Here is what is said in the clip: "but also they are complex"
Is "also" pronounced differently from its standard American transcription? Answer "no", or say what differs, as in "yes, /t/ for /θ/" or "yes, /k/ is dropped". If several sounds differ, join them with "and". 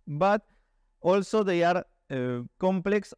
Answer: no